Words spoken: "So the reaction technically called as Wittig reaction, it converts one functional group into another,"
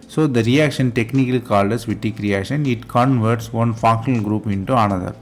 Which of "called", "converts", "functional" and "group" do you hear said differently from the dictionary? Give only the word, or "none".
functional